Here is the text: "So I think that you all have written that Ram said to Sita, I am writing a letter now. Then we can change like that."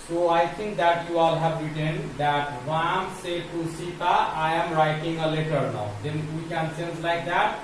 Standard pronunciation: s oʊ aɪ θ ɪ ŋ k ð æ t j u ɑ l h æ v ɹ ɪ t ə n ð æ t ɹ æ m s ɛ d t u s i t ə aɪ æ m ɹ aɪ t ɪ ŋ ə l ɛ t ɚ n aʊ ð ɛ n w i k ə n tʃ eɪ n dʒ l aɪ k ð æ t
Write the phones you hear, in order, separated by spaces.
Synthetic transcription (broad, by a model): s oʊ aɪ t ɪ ŋ k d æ t j u ɑ l h æ v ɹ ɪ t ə n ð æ t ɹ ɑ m s ɛ t u s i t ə aɪ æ m ɹ aɪ t ɪ ŋ ə l ɛ t ɚ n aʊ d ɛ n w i k ə n s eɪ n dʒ l aɪ k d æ t